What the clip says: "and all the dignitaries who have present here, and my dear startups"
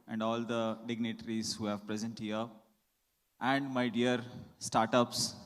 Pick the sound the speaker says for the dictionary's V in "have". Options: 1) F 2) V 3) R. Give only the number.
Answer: 2